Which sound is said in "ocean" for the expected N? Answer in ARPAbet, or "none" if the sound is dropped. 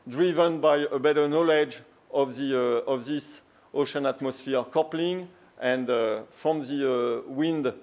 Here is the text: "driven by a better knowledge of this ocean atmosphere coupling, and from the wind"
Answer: N